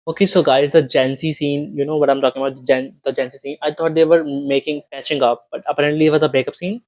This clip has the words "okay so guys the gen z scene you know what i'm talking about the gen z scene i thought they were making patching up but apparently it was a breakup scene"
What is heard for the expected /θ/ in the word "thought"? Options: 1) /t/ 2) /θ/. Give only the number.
1